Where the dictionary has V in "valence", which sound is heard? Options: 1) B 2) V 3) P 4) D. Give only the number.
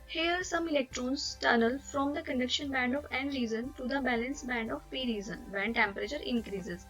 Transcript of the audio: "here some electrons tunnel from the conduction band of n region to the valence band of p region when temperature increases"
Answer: 1